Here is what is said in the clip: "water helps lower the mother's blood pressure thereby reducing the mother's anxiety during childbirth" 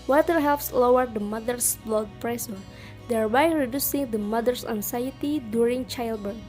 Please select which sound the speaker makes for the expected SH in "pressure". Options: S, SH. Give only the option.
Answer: S